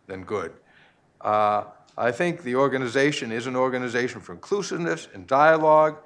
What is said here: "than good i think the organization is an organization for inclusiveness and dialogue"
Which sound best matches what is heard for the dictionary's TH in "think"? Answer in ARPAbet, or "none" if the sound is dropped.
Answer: TH